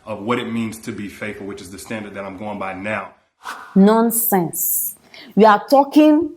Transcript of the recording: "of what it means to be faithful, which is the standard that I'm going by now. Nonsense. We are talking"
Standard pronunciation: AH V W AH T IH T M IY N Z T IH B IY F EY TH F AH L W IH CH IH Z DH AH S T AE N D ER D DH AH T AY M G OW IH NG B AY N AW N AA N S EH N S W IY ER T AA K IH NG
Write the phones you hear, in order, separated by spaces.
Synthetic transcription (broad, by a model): AH V W AH T IH T M IY N Z T IH B IY F EY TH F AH L W IH CH IH Z DH AH S T AE N D ER D DH AH T AY M G OW IH NG B AY N AW N AA N S EH N S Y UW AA T AA K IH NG